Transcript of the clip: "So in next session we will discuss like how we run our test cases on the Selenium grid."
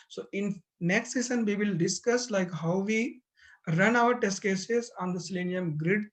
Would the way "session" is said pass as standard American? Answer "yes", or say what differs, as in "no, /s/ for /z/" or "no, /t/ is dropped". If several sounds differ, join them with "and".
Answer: no, /s/ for /ʃ/